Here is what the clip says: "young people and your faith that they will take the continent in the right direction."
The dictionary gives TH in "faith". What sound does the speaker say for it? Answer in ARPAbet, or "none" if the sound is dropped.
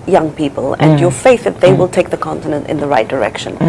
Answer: TH